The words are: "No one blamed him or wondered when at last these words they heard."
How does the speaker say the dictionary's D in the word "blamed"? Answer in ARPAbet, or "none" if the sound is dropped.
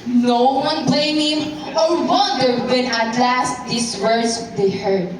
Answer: none